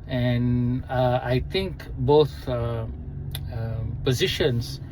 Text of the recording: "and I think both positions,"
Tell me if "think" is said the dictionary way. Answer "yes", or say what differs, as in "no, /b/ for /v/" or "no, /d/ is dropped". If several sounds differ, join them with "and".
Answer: no, /t/ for /θ/